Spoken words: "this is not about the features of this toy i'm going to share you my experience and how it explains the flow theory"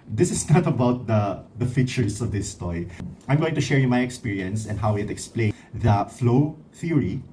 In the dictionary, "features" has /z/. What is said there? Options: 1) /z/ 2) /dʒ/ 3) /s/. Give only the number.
3